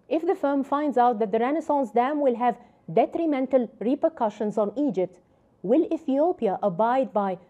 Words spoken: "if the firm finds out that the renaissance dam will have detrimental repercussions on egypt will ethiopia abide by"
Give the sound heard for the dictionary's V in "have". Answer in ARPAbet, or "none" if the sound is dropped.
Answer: V